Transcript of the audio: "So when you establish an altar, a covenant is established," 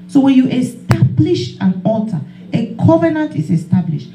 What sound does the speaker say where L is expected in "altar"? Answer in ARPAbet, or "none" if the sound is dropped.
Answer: none